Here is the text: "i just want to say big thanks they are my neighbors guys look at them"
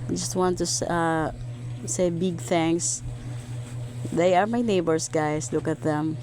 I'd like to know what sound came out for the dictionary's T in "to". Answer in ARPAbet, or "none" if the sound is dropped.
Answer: S